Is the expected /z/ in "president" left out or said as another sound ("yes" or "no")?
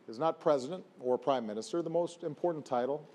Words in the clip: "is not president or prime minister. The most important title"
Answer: no